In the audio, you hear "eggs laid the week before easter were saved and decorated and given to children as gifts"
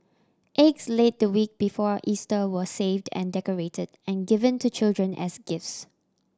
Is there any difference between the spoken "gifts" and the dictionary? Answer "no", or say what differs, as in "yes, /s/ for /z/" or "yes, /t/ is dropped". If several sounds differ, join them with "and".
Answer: no